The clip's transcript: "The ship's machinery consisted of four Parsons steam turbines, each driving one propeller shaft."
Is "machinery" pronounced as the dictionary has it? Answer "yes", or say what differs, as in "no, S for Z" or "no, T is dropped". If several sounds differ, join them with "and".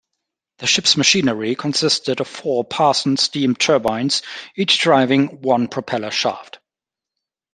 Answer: yes